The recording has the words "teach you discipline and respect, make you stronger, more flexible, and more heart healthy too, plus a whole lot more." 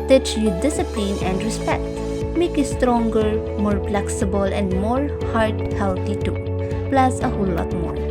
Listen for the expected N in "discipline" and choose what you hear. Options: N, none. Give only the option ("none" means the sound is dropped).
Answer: N